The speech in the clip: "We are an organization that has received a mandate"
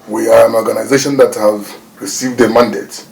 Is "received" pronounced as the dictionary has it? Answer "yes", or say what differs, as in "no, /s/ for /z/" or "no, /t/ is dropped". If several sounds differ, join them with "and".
yes